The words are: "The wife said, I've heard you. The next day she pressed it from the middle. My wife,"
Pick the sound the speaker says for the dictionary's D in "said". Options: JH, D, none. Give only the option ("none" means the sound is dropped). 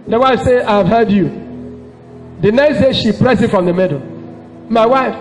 none